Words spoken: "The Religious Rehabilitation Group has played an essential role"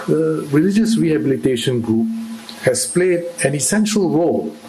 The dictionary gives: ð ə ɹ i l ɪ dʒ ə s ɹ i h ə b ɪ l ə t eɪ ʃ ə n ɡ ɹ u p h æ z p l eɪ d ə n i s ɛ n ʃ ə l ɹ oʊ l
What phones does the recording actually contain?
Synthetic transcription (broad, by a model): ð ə ɹ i l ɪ dʒ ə s ɹ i h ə b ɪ l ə t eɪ ʃ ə n ɡ ɹ u p h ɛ s p l eɪ d ə n i s ɛ n ʃ ə l ɹ oʊ l